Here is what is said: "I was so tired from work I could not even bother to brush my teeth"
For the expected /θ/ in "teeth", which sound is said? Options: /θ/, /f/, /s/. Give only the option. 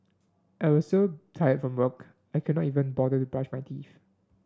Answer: /f/